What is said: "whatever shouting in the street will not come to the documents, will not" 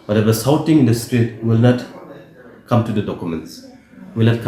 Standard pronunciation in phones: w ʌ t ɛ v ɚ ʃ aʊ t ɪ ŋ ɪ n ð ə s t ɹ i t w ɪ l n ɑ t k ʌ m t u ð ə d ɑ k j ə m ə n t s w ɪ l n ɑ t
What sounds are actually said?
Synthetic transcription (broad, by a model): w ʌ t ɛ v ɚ s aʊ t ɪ ŋ ɪ n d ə s t ɹ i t w ɪ l n ɑ t k ʌ m t u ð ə d ɑ k j ə m ə n t s w ɪ l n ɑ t